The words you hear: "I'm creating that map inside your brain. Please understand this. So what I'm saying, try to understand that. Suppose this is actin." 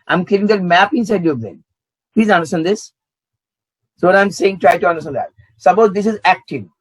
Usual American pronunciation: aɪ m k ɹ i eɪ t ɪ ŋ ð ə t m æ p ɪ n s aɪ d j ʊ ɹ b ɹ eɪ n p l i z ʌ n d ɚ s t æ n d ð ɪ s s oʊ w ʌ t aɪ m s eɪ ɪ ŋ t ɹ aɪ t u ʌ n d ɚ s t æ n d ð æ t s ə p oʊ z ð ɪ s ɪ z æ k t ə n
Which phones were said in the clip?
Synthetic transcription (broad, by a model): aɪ m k i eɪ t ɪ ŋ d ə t m æ p ɪ n s aɪ d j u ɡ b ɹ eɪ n p l i z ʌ n d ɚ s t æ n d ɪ s s oʊ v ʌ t aɪ m s eɪ ɪ ŋ t ɹ aɪ t u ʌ n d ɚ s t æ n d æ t s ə b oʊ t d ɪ s ɪ z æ k t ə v